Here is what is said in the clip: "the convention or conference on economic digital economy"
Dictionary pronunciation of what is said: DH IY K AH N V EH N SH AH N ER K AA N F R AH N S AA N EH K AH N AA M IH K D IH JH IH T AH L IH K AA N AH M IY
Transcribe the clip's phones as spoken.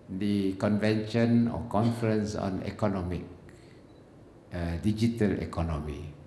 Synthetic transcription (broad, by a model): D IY K AH N V EH N SH AH N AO K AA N F R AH N S AA N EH K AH N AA M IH K D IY JH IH T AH L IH K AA N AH M IY